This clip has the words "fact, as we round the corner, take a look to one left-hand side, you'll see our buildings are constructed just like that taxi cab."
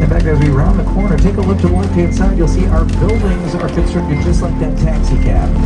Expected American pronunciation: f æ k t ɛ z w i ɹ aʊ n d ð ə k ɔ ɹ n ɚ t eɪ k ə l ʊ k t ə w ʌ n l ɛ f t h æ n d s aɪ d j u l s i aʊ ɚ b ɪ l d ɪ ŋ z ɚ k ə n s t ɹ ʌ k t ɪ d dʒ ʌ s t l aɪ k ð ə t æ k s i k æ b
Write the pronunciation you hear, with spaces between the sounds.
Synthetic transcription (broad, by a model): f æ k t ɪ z w i ɹ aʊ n ð ə k ɔ ɹ n ɚ t eɪ k ə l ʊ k t ə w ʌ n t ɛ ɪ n s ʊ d j u l s i aʊ ɚ b ɪ l d ɪ ŋ z ɚ k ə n s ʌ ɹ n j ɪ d dʒ ʌ s t l aɪ k ð ə t æ k s i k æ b